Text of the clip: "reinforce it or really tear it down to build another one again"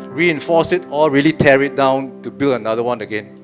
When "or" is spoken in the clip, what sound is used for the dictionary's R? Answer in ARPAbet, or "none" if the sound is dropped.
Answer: L